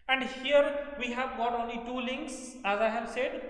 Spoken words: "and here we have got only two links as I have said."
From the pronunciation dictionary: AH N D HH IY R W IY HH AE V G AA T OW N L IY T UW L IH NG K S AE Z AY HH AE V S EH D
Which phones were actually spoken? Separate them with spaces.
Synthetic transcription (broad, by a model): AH N D HH IY R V IY HH AE V G AA T OW N L IY T UW L IH NG K S AE Z AY HH AE V S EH D